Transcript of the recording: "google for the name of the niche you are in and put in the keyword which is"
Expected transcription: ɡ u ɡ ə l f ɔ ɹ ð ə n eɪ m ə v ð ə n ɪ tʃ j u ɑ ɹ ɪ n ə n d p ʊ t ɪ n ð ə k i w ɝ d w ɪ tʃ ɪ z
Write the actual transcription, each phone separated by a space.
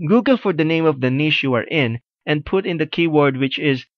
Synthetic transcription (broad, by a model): ɡ u ɡ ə l f ɔ ɹ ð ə n eɪ m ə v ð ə n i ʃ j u ɑ ɹ ɪ n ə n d p ʊ t ɪ n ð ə k i w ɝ d w ɪ tʃ ɪ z